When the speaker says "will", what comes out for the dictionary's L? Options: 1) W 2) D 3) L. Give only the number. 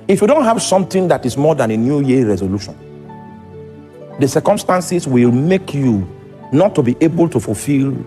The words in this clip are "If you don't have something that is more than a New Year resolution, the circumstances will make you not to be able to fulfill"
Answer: 3